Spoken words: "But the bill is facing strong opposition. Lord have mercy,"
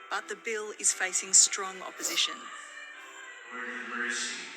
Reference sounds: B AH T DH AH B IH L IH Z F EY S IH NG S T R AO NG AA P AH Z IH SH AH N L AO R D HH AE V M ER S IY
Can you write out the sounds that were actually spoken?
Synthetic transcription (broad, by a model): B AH T DH AH B IH L IH Z F EY S IH NG S T R AO NG AA P AH Z IH SH AH N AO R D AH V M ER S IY